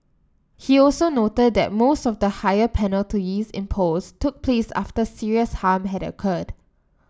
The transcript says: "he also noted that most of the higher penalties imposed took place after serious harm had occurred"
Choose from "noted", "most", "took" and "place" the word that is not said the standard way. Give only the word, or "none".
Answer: none